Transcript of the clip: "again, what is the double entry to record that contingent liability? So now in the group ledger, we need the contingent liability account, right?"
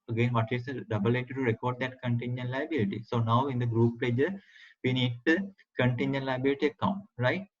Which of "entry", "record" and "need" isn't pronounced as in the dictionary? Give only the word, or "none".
entry